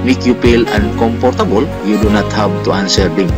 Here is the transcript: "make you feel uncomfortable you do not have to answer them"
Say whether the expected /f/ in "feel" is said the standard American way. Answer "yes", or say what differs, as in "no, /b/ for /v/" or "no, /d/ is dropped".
no, /p/ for /f/